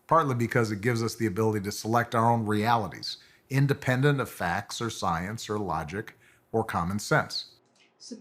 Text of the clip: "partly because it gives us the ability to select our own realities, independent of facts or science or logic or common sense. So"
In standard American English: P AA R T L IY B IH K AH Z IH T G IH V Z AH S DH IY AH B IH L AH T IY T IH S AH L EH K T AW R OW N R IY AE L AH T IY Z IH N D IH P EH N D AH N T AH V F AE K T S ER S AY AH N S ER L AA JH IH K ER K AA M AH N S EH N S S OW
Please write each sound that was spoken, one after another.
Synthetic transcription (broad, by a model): P AA R T L IY B IH K AH Z IH T G IH V Z AH S DH IY AH B IH L AH T IY T IH S AH L EH K T AW R OW N R IY AE L AH T IY Z IH N D IH P EH N D AH N T AH V F AE K T S ER S AY AH N S ER L AA JH IH K ER K AA M AH N S EH N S S